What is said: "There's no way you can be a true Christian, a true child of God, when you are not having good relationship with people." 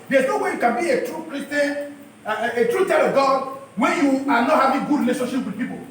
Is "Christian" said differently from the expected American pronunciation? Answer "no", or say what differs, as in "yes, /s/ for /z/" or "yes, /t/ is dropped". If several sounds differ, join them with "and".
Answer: yes, /n/ is dropped